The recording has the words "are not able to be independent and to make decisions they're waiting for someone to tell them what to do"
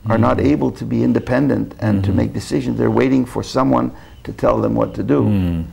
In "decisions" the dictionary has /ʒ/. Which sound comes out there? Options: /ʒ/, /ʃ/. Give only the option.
/ʒ/